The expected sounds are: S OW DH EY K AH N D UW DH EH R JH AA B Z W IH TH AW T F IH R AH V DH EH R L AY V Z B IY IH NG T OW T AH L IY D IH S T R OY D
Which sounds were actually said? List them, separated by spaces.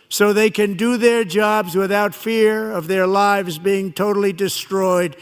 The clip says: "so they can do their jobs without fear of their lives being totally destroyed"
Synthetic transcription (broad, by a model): S OW DH EY K AH N D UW DH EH R JH AA B Z W IH TH AW T F IH R AH V DH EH R L AY V Z B IY IH NG T OW T L IY D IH S T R OY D